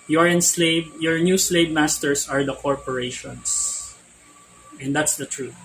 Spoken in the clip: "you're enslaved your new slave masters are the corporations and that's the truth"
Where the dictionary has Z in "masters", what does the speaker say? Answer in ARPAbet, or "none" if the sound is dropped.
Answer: S